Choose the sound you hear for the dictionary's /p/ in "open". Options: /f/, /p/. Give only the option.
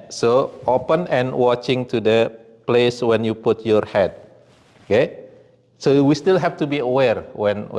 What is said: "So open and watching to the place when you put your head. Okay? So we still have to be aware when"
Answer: /p/